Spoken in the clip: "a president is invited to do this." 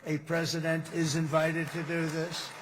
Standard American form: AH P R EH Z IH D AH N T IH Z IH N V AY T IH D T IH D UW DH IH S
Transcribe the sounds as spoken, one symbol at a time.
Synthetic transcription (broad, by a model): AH P R EH Z IH D AH N T IH Z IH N V AY T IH D T IH D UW DH IH S